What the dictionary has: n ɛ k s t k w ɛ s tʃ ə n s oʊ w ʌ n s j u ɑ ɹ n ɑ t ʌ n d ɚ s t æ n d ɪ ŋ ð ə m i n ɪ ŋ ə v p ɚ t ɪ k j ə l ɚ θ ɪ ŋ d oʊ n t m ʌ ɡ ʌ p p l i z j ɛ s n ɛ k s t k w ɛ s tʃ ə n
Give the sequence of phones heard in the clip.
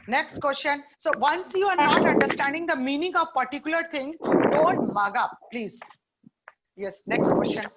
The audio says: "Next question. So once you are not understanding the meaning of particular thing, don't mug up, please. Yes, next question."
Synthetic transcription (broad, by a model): n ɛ k s t k w ɛ s tʃ ə n s oʊ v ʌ n s j u ɑ ɹ n ɑ t ʌ n d ɚ s t æ n d ɪ ŋ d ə m i n ɪ ŋ ə v p ɚ t ɪ k j ə l ɚ t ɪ ŋ d oʊ n t m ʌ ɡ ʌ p p l i z j ɛ s n ɛ k s t k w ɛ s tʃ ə n